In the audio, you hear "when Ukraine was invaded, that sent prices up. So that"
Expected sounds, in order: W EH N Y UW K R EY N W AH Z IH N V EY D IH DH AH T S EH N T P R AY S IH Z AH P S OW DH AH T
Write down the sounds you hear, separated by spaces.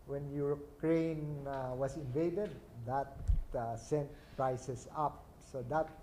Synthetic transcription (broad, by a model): W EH N Y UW K R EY N W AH S IH N V EY D IH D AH T S EH N T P R AY S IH S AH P S OW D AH T